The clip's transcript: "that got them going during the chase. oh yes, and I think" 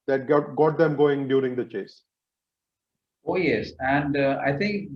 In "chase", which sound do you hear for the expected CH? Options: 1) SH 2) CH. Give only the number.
2